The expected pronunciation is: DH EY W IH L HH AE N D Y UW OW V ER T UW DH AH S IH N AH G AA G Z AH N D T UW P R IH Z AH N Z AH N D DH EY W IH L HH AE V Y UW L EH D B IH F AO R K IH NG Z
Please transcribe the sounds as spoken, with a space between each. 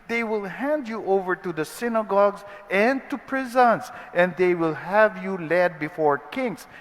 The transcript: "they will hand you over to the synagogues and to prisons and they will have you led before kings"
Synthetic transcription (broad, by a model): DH EY W IH L HH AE N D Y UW OW V ER T UW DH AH S IH N AH G AA G Z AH N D T UW P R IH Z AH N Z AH N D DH EY W IH L HH AE V Y UW L EH D B IH F AO R K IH NG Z